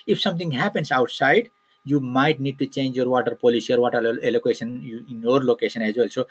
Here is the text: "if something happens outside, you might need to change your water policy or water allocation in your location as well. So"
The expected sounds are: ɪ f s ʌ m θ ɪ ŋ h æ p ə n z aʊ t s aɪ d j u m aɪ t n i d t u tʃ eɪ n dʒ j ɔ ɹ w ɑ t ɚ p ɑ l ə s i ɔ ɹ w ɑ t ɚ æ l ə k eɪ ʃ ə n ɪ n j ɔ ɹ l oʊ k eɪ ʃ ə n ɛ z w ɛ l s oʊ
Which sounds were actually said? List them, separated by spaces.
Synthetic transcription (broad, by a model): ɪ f s ʌ m t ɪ ŋ h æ p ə n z aʊ t s aɪ d j u m aɪ t n i d t u tʃ eɪ n dʒ j ɔ ɹ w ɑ t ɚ p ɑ l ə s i ɔ ɹ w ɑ t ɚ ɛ l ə k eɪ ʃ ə n ɪ n j ɔ ɹ l oʊ k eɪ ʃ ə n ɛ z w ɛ l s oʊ